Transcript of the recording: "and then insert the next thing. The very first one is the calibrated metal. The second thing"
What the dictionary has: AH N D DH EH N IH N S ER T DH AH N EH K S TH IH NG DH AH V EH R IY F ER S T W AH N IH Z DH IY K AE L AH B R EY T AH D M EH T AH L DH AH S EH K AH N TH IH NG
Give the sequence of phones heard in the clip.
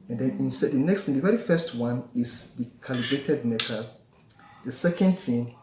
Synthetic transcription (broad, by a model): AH N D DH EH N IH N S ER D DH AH N EH K S T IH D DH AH V EH R IY F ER S T W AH N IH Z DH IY K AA L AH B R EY T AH D M EH T AH L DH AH S EH K AH N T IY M